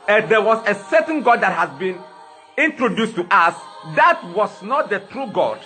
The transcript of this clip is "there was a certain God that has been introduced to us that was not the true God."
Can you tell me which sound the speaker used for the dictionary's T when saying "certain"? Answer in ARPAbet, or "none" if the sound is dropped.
S